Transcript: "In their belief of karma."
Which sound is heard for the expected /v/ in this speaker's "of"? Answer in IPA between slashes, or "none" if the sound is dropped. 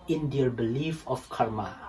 /f/